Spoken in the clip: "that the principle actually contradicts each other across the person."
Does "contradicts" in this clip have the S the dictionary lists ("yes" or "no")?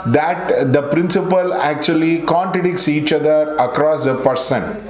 yes